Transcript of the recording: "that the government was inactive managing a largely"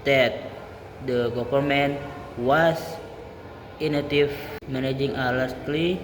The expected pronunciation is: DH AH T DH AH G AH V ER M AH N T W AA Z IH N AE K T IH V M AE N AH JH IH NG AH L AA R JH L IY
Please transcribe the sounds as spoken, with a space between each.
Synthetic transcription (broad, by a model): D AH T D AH G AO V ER M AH N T W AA S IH N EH T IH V M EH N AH JH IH NG AH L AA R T L IY